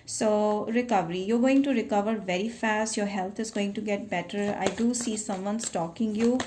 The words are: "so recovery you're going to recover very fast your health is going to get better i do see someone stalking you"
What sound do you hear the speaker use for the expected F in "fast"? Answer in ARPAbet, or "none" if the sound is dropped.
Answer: F